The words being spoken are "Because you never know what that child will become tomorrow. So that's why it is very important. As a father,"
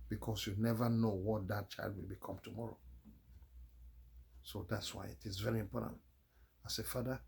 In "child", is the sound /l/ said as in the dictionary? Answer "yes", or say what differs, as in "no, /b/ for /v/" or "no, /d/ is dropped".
yes